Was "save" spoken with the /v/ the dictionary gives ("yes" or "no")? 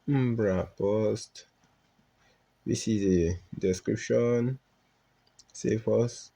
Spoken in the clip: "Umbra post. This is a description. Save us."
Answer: no